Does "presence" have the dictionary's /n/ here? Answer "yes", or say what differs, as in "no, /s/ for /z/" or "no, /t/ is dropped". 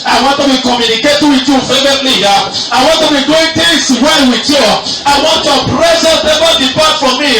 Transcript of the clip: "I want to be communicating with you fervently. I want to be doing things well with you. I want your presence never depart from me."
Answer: no, /n/ is dropped